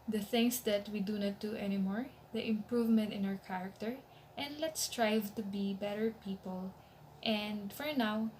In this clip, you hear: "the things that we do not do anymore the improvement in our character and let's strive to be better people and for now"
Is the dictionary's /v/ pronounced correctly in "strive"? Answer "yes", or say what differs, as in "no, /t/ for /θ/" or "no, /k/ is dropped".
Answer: yes